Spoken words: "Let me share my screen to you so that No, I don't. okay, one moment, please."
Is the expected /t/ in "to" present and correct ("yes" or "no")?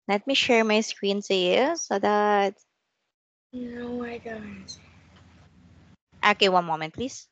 no